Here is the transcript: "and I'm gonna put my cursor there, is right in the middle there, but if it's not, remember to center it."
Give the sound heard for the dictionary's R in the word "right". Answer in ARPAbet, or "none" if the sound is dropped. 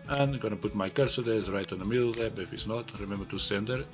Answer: R